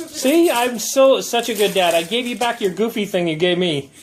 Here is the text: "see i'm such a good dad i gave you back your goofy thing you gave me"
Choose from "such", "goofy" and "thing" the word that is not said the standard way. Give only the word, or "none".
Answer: none